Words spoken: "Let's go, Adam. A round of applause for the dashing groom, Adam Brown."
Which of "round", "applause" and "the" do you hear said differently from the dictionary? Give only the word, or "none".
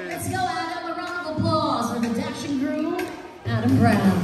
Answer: round